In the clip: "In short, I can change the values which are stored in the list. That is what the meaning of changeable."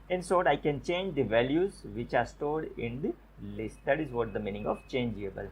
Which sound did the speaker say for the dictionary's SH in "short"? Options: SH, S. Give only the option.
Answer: S